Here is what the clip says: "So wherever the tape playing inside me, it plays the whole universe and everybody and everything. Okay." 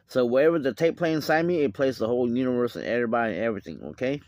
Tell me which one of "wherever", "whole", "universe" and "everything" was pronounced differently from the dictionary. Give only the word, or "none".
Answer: none